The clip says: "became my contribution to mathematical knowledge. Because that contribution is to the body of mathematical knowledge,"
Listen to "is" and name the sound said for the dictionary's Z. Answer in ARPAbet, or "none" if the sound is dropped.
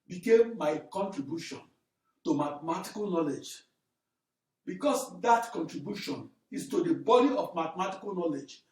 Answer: S